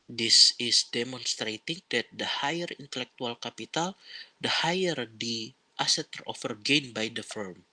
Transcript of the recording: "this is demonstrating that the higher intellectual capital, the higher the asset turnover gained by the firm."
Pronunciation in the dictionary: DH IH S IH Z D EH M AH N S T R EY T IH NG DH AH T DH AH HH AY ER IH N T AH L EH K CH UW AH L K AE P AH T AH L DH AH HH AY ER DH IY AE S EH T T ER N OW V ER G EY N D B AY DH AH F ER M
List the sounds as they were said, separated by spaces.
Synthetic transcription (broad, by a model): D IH S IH S D EH M AH N S T R EY T IH NG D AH T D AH HH AY ER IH N T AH L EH K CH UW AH L K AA P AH T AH L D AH HH AY ER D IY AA S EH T T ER OW F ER G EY N B AY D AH F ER M